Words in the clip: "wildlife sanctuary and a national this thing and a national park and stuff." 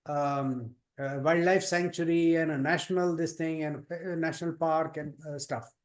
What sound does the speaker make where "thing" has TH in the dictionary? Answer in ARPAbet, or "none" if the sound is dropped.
T